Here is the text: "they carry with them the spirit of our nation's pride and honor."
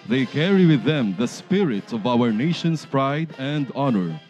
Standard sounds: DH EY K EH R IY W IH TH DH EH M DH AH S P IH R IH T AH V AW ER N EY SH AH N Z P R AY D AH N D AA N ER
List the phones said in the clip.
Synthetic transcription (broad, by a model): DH EY K EH R IY W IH DH EH M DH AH S P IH R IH T AH V AW ER N EY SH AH N S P R AY D AH N D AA N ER